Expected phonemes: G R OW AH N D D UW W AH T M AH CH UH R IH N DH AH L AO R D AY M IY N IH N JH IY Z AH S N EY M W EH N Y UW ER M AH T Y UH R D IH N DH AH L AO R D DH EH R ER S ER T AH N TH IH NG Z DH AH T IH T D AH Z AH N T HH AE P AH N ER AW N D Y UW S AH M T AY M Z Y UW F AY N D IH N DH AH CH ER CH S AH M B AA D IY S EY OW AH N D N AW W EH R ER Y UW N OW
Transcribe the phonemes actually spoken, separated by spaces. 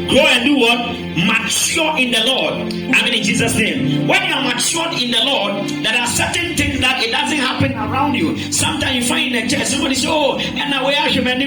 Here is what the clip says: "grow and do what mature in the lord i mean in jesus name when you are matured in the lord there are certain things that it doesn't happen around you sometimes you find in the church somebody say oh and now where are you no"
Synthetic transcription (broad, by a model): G R OW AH N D D UW W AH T M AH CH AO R IH N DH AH L AO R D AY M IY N IH N JH IY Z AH S N EY M W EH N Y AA M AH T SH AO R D IH N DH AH L AO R D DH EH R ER S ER T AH N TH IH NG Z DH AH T IH T D AH Z AH N T HH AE P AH N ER AW N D Y UW S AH M T AY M Y UW F AY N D IH N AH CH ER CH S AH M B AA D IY S EY OW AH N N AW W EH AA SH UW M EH